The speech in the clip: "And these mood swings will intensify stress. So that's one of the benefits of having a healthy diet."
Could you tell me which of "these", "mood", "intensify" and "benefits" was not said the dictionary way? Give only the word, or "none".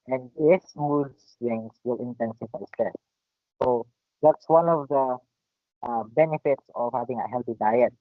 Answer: these